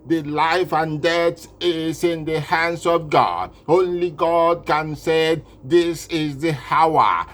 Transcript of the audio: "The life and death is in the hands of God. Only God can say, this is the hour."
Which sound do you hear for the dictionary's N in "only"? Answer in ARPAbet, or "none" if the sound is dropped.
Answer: N